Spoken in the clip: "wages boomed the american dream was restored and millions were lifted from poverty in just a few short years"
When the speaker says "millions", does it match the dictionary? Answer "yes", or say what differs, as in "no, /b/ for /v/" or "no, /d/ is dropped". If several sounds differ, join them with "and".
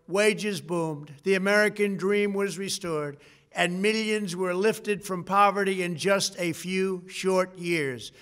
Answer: yes